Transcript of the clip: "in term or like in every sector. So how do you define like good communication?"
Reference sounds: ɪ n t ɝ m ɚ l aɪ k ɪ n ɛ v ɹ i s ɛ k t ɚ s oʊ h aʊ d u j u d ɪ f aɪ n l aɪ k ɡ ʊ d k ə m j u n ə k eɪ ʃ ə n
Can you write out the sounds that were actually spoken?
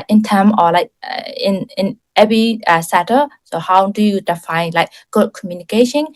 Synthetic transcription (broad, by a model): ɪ n t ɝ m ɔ l aɪ k ɪ n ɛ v ɹ i s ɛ t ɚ s oʊ h aʊ d u j u d ɪ f aɪ n l aɪ k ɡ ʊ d k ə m j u n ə k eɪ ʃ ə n